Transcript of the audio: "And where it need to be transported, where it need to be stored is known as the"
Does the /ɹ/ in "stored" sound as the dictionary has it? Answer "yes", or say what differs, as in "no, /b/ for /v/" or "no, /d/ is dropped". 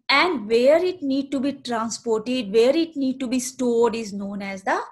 no, /l/ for /ɹ/